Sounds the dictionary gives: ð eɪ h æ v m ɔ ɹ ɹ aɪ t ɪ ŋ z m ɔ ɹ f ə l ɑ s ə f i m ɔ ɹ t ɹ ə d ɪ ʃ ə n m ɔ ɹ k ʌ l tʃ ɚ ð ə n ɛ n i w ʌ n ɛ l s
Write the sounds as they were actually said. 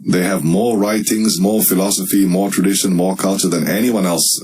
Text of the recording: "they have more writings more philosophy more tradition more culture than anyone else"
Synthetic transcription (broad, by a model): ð eɪ h æ v m ɔ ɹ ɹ aɪ t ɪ ŋ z m ɔ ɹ f ə l ɑ s ə f i m ɔ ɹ t ɹ ə d ɪ ʃ ə n m ɔ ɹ k ʌ l tʃ ɚ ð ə n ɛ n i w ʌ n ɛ l s